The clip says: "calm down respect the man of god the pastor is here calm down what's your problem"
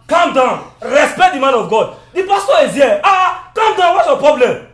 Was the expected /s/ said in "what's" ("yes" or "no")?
no